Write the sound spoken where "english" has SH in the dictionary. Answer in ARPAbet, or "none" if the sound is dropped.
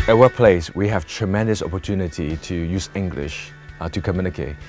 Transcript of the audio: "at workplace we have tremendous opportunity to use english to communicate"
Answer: SH